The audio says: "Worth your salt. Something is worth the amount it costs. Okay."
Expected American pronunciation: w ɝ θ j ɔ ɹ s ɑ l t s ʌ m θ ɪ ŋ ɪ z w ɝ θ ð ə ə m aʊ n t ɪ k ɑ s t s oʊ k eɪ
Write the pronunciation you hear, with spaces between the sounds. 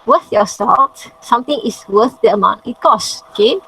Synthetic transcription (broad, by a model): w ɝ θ j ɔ s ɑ t s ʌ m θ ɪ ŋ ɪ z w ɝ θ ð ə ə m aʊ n ɪ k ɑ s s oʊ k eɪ